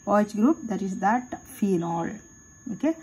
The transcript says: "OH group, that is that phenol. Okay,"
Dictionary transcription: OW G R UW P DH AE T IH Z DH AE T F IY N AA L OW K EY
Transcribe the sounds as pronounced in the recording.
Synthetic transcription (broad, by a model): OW G R UW P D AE T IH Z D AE T F IY N AA L OW K EY